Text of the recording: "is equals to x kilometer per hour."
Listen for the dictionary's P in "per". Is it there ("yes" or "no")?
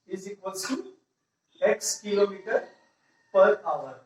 yes